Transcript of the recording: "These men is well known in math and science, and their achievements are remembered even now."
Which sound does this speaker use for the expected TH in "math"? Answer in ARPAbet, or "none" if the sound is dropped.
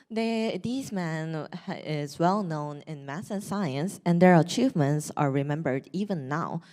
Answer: S